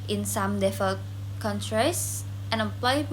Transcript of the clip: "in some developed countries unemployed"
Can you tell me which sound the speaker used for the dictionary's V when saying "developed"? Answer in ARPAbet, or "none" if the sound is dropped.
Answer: F